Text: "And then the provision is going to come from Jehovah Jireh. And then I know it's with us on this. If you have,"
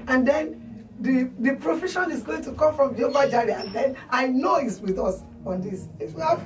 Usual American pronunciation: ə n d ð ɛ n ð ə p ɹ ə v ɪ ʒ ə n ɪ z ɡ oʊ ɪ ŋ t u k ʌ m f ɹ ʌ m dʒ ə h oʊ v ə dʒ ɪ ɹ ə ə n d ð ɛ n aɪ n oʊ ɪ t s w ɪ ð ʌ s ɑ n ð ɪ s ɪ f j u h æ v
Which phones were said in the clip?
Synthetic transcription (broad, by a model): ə n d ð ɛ n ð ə p ɹ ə f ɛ ʃ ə n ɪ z ɡ oʊ ɪ ŋ t u k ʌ m f ɹ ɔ m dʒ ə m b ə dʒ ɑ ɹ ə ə n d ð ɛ n aɪ n oʊ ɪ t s w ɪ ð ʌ s ɑ n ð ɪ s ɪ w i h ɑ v